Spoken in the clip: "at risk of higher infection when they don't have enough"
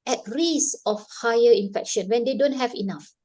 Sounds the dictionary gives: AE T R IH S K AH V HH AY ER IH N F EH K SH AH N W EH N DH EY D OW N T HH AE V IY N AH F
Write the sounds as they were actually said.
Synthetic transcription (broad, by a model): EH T R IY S AH F HH AY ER IH N F EH K SH AH N W EH N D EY D OW N T HH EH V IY N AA F